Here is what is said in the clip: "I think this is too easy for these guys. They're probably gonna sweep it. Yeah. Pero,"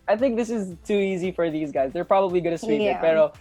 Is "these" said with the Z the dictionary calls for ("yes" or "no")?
yes